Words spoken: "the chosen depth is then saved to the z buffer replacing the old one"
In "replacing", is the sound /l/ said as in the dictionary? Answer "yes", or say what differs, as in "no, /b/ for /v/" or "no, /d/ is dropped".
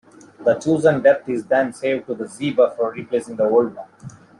yes